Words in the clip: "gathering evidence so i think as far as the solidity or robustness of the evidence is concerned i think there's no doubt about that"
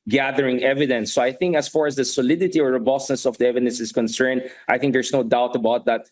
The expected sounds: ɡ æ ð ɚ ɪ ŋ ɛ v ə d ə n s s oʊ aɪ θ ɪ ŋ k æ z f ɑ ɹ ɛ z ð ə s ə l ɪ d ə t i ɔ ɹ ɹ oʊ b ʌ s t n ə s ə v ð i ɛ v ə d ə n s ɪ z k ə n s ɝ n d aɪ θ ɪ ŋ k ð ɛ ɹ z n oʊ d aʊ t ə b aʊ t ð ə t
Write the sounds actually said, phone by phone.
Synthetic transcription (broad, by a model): ɡ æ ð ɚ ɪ ŋ ɛ v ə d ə n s s oʊ aɪ θ ɪ ŋ k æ s f ɑ ɹ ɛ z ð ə s ə l ɪ d ə t i ɔ ɹ ɹ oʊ b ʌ s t n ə s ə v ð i ɛ v ə d ə n s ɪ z k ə n s ɝ n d aɪ θ ɪ ŋ k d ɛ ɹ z n oʊ d aʊ t ə b aʊ t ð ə t